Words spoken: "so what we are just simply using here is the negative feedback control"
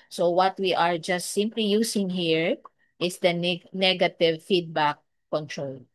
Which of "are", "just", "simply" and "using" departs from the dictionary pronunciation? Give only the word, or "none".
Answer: using